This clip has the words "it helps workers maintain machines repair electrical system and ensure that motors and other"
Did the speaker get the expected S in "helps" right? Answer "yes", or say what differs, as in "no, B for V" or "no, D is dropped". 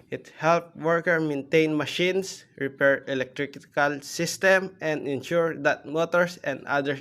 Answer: no, S is dropped